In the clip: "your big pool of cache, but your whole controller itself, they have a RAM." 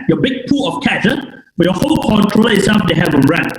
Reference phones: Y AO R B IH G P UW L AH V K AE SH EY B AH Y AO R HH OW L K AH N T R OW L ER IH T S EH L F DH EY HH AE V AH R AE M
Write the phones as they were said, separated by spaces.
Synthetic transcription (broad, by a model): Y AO B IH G P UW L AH F K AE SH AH B AH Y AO HH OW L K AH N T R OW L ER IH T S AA F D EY HH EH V AH R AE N